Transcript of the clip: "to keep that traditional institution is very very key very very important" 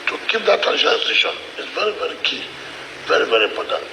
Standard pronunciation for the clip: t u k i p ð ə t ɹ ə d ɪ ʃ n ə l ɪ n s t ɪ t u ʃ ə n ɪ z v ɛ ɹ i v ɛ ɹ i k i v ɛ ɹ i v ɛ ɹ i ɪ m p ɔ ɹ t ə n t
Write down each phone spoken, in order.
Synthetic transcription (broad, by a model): t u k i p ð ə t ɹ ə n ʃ ə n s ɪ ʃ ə n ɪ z v ɛ ɹ i v ɛ ɹ i k i v ɛ ɹ i v ɛ ɹ i m p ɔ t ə n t